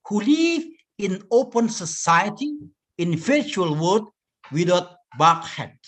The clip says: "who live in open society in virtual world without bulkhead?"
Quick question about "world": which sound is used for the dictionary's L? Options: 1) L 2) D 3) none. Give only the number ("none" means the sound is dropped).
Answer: 3